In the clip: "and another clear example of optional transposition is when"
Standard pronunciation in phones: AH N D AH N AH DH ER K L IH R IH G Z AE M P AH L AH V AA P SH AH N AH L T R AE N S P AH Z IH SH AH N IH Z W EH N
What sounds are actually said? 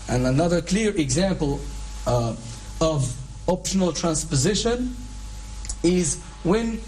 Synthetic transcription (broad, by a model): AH N AH N AH DH ER K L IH R IH G Z AE M P AH L AH V AA P SH AH N AH L T R AE N S P AH Z IH SH AH N IH Z W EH N